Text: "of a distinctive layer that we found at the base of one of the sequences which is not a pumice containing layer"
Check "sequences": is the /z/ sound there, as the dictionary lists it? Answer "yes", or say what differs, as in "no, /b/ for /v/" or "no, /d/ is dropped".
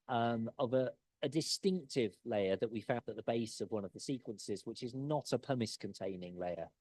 yes